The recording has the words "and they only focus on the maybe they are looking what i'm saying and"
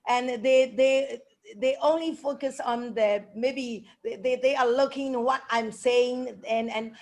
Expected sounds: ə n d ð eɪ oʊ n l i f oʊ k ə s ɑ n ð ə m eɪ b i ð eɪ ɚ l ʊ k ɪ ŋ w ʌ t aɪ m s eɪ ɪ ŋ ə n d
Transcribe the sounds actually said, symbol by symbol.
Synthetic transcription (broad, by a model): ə n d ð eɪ oʊ n l i f oʊ k ə s ɑ n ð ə m eɪ b i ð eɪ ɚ l ʊ k ɪ ŋ w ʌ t aɪ m s eɪ ɪ ŋ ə n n